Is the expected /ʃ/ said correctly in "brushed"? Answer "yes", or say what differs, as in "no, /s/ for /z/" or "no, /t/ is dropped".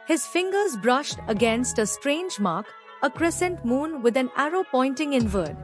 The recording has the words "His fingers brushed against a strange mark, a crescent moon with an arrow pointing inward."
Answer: yes